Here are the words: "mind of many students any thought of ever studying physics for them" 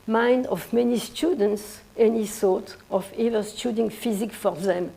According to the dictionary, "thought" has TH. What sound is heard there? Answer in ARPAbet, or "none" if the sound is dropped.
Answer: S